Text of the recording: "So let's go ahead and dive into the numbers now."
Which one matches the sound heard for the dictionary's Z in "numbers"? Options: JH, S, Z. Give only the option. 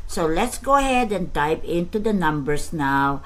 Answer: S